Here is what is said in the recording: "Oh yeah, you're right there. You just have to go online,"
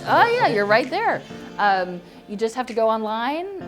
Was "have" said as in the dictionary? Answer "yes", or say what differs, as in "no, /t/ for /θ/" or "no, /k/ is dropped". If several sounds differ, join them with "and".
no, /f/ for /v/